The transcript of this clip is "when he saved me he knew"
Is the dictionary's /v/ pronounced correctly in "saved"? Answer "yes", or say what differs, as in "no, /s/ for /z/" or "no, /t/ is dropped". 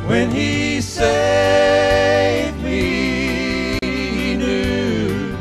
no, /v/ is dropped